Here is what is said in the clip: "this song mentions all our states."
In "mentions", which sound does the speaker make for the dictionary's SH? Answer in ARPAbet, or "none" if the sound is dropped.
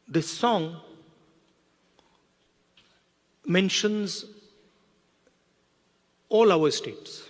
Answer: SH